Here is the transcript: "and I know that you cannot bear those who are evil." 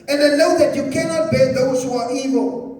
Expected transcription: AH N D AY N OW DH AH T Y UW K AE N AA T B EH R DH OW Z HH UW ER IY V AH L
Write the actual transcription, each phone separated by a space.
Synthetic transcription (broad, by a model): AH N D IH L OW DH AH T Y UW K AE N AA T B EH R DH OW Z HH UW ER IY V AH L